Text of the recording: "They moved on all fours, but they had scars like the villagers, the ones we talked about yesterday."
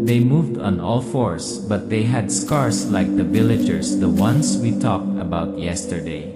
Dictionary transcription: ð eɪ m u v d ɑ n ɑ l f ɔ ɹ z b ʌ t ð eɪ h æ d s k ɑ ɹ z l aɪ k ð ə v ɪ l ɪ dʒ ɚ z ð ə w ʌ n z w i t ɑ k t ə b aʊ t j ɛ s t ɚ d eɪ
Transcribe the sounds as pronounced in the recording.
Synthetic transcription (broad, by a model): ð eɪ m u v d ɑ n ɑ l f ɔ ɹ s b ʌ t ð eɪ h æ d s k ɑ ɹ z l aɪ k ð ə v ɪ l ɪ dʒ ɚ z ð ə w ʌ n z w i t ɑ k t ə b aʊ t j ɛ s t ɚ d eɪ